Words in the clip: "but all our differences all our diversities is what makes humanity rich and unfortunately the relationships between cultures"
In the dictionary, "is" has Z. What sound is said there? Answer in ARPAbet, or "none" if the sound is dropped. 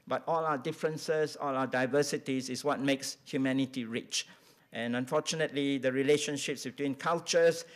S